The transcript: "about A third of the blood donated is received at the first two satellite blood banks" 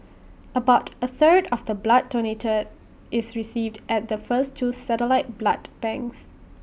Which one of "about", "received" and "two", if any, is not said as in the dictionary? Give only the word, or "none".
none